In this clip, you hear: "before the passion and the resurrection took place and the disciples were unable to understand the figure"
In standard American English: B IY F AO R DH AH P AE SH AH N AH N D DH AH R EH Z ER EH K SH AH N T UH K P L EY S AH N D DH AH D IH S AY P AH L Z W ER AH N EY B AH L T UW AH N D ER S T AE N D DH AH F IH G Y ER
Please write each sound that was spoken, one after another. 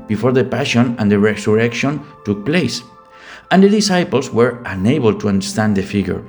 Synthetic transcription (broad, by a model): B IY F AO R DH AH P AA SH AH N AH N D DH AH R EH S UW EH K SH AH N T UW K P L EY S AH N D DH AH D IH S AY P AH L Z W ER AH N EY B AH L T UW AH N D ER S T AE N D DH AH F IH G Y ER